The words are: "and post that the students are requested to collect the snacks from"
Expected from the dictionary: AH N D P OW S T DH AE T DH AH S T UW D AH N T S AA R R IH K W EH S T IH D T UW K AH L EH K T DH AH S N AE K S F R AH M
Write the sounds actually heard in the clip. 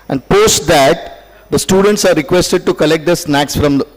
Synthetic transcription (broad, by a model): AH N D P OW S T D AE T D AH S T UW D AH N T S AA R R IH K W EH S T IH D T UW K AH L EH K T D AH S N AE K S F R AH M